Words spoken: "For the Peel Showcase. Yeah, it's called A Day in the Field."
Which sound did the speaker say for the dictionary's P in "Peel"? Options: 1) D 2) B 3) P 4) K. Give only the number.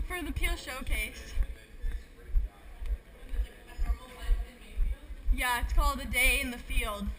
3